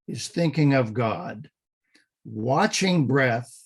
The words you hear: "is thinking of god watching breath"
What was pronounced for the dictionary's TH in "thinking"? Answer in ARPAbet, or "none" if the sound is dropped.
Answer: TH